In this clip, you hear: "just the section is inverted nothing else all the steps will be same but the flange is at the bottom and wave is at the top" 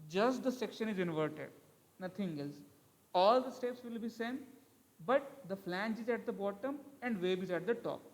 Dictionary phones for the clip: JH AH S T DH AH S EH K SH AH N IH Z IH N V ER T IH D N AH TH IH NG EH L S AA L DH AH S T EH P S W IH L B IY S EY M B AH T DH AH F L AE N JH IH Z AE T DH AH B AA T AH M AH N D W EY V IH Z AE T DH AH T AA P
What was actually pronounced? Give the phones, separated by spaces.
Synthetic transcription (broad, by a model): JH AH S T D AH S EH K SH AH N IH Z IH N V ER T IH D N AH T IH NG EH L S AA L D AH S T EH P S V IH L B IY S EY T B AH T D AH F L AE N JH IH Z AE T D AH B AA T AH M AH N D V EY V IH Z AE T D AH T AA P